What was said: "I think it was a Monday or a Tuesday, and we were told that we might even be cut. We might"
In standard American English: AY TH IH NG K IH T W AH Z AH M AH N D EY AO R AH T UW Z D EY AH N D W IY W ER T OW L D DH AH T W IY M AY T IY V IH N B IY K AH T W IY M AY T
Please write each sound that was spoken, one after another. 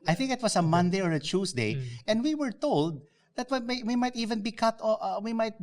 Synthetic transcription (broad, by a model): AY TH IH NG K IH T W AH S AH M AH N D EY AO R AH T UW S D EY AH N D W IY W ER T OW L D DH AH T W IY M AY T IY V IH N B IY K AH T W IY M AY T